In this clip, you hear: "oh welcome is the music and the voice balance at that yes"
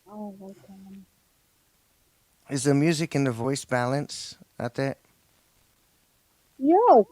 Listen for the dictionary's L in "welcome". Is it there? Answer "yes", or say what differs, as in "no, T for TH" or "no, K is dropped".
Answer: no, L is dropped